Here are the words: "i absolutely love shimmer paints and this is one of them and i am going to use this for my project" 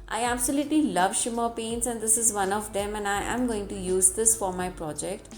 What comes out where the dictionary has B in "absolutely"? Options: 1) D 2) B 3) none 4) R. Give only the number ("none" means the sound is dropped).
2